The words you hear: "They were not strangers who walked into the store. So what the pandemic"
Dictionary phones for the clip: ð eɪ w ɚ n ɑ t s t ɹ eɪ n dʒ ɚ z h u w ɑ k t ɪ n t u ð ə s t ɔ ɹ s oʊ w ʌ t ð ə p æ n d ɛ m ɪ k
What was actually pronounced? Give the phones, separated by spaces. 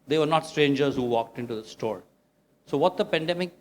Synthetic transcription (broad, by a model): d eɪ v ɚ n ɑ t s t ɹ eɪ n dʒ ɚ z h u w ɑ k t ɪ n t u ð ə s t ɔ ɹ s oʊ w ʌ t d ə p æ n d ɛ m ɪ k